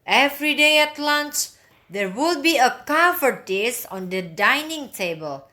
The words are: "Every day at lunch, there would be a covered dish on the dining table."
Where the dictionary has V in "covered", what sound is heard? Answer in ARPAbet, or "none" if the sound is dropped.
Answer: F